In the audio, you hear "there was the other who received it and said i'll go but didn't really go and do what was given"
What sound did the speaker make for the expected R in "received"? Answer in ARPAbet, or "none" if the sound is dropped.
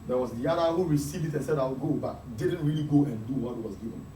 R